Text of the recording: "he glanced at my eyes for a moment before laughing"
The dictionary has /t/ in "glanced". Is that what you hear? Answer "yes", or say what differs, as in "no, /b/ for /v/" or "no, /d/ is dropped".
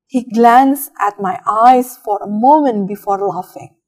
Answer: no, /t/ is dropped